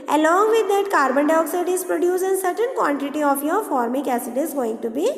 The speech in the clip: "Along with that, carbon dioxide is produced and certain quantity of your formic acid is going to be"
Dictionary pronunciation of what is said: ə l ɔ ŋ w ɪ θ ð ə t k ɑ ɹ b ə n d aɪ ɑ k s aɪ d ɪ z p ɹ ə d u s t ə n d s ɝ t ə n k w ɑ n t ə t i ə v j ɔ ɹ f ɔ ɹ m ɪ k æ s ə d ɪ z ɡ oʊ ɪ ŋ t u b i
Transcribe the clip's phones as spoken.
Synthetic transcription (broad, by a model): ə l ɔ ŋ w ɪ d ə t k ɑ ɹ b ə n d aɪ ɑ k s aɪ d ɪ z p ɹ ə d u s ə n s ɝ t ə n k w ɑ n t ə t i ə f j ɔ ɹ f ɔ ɹ m ɪ k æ s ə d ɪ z ɡ oʊ ɪ ŋ t u b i